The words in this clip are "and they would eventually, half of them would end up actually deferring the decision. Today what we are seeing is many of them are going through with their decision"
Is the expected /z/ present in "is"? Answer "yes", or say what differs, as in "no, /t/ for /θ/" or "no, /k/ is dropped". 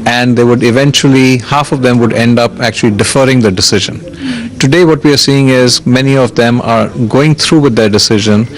yes